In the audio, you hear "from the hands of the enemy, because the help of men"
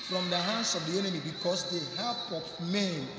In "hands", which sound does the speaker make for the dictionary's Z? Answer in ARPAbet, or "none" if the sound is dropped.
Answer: S